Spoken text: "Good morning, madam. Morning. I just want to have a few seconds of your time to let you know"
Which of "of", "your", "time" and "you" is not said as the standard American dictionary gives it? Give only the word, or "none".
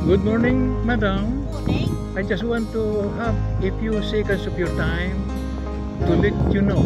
of